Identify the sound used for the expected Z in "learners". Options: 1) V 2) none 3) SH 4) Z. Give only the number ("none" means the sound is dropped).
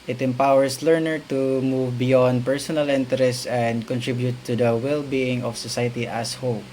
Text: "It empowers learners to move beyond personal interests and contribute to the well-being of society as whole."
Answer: 2